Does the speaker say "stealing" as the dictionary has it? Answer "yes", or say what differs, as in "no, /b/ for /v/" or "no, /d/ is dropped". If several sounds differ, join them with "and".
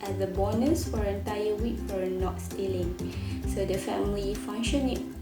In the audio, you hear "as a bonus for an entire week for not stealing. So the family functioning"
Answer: yes